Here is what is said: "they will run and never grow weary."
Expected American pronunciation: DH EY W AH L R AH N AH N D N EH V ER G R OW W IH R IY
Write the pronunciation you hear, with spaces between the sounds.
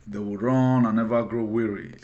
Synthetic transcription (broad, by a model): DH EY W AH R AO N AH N N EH V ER G R OW W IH R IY